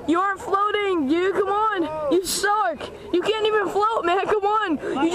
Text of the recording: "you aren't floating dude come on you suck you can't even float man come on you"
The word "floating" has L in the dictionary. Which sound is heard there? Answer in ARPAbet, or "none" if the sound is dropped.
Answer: L